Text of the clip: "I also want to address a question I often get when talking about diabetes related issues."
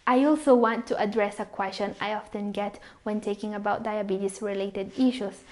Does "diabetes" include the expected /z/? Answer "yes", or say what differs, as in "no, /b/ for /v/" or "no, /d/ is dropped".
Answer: no, /s/ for /z/